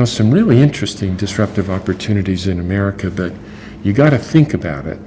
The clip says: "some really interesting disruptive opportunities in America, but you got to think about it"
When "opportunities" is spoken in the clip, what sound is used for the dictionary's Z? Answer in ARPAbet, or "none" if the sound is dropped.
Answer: Z